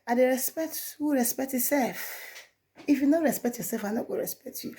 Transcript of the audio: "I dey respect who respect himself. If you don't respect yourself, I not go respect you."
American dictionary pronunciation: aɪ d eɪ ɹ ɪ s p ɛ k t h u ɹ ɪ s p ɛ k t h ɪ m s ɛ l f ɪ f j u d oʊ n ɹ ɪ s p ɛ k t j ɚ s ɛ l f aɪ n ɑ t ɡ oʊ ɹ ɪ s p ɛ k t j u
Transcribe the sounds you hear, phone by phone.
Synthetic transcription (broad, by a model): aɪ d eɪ ɹ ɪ s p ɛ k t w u ɹ ɪ s p ɛ k t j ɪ s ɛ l f ɪ f j u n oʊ ɹ ɪ s p ɛ k t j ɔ s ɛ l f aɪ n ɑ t ɡ oʊ ɹ ɪ s p ɛ k t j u